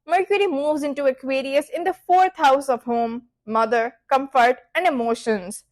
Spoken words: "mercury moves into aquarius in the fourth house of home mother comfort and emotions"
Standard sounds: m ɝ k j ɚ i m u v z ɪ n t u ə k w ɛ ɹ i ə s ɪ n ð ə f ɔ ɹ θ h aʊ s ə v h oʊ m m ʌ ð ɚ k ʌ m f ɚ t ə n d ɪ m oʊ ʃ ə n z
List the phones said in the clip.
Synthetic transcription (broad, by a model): m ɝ k j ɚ i m u v z ɪ n t u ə k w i ɹ i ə s ɪ n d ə f ɔ ɹ t h aʊ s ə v h oʊ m m ʌ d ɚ k ʌ m f ɚ t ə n d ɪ m oʊ ʃ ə n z